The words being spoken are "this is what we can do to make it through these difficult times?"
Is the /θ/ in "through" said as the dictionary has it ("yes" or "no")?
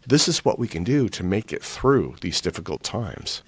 yes